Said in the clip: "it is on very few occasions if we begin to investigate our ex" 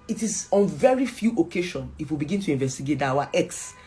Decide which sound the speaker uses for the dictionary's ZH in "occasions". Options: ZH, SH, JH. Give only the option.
SH